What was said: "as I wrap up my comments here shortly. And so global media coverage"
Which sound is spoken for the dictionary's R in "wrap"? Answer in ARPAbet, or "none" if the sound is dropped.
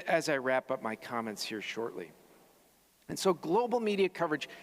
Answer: R